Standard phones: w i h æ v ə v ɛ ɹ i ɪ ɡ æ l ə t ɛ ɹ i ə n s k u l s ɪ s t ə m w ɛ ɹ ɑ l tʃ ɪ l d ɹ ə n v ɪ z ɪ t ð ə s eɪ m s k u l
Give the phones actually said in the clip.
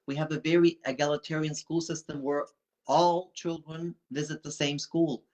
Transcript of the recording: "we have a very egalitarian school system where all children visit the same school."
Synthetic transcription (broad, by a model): w i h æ v ə v ɛ ɹ i ɪ ɡ æ l ə t ɛ ɹ i ə n s k u l s ɪ s t ə m w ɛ ɹ ɑ l tʃ ɪ l d ɹ ə n v ɪ z ɪ t ð ə s eɪ m s k u l